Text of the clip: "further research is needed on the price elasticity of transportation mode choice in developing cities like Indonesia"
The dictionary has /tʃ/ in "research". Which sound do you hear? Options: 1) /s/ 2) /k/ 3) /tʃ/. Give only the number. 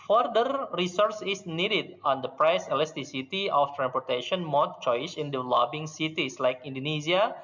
1